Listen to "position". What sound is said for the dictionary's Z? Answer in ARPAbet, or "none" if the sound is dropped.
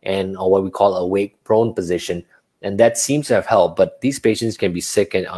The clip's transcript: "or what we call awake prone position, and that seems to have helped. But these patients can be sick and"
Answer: Z